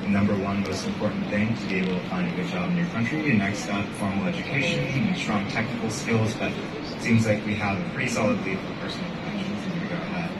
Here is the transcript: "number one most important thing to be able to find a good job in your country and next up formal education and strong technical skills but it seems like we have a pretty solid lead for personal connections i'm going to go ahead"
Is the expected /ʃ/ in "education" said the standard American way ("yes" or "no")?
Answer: no